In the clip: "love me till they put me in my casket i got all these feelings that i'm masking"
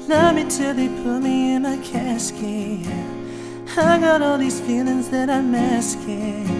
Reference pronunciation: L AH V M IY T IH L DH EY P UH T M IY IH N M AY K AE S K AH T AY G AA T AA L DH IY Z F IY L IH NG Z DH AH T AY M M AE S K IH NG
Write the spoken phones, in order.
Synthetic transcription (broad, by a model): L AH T M IY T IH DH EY P UH T M IY IH N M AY K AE S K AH AY G AA T AA L DH IY Z F IY L IH NG Z DH AH T AY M M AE S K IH